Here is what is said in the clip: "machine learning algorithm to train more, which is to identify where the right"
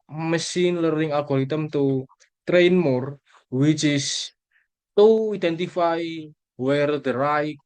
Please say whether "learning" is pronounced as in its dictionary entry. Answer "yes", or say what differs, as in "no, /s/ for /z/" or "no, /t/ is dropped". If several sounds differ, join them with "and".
no, /n/ is dropped